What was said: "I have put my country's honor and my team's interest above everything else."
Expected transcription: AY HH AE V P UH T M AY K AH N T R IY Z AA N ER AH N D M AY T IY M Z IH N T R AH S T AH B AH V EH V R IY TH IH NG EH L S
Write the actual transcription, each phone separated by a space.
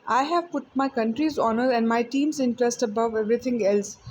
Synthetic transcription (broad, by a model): AY HH AE V P UH T M AY K AH N T R IY Z AA N ER AH N D M AY T IY M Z IH N T R AH S T AH B AH V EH V R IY T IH NG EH L S